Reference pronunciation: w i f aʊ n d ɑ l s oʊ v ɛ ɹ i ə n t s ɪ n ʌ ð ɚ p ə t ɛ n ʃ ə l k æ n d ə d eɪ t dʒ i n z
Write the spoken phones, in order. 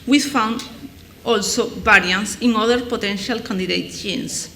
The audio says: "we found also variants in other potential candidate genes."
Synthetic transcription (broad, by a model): w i f aʊ n d ɑ l s oʊ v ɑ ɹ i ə n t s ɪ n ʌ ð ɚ p ə t ɛ n ʃ ə l k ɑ n d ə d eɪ t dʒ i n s